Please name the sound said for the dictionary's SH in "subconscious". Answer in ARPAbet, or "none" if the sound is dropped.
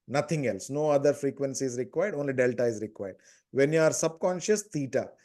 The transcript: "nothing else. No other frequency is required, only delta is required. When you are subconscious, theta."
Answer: SH